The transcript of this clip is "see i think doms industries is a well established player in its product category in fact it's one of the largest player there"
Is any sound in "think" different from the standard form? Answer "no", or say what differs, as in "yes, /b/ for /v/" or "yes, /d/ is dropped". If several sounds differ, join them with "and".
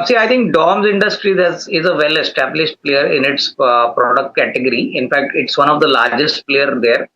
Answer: yes, /t/ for /θ/